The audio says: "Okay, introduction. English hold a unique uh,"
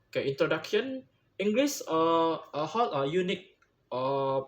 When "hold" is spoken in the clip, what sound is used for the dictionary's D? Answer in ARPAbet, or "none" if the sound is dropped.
none